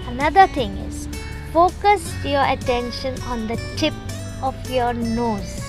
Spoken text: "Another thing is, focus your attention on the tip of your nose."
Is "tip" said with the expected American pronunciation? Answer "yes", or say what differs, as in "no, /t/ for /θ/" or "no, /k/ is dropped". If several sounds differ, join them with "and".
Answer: yes